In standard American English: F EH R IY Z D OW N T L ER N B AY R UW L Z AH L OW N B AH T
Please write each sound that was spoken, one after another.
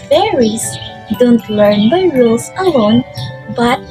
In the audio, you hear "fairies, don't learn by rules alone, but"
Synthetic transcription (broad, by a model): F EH R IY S D OW N T L ER N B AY R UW L S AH L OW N B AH T